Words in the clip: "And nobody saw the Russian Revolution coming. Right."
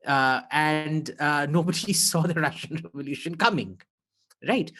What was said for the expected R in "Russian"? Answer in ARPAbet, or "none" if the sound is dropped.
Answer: R